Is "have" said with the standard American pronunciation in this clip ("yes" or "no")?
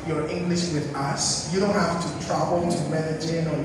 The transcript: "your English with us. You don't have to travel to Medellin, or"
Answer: no